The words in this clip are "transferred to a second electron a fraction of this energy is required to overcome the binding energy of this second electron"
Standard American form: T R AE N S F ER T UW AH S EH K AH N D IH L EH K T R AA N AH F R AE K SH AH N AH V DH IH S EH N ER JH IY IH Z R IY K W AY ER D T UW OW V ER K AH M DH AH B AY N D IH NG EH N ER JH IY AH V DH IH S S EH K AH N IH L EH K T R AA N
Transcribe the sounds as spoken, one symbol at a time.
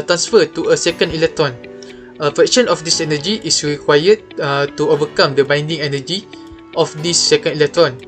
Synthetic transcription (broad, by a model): T R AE N S F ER T UW AH S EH K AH N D IH L EH K T R AA N AH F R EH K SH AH N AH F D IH S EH N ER JH IY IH S R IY K W AY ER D T UW OW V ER K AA M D AH B AY N D IH NG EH N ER JH IY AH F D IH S S EH K AH N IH L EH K T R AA N